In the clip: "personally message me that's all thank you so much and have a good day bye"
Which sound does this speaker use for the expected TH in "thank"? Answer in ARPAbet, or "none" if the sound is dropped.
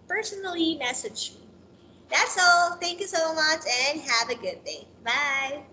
TH